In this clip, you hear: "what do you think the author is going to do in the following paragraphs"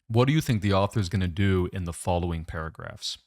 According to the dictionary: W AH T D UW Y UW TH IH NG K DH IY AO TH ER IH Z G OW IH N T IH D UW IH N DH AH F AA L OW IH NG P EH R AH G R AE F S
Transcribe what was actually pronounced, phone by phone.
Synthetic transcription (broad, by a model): W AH T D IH Y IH TH IH NG K DH IY AO TH ER IH Z G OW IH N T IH D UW IH N DH AH F AA L OW IH NG P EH R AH G R AE F S